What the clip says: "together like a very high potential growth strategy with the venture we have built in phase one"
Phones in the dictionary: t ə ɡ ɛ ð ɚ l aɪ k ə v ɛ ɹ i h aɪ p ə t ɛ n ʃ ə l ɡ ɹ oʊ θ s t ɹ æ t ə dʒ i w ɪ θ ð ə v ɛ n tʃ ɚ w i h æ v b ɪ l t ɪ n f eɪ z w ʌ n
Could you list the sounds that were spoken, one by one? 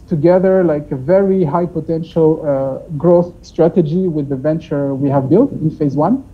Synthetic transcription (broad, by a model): t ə ɡ ɛ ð ɚ l aɪ k ə v ɛ ɹ i h aɪ p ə t ɛ n ʃ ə l ɡ ɹ oʊ θ s t ɹ æ t ə dʒ i w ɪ ð ə v ɛ n tʃ ɚ w i h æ v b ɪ l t ɪ n f eɪ z w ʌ n